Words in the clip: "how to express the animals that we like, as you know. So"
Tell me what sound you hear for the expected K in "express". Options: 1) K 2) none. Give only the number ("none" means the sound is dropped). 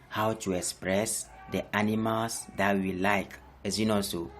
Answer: 1